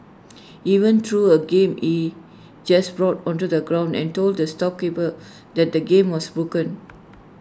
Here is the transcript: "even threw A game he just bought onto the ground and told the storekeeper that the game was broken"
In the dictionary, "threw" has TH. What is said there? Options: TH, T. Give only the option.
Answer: T